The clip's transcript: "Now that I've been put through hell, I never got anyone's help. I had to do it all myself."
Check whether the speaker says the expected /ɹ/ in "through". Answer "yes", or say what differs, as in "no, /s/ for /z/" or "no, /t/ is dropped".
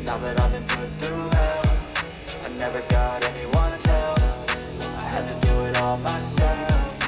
no, /ɹ/ is dropped